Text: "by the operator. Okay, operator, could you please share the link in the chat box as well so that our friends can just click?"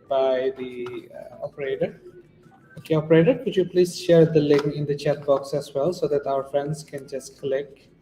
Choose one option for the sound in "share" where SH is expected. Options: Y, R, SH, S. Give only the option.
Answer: SH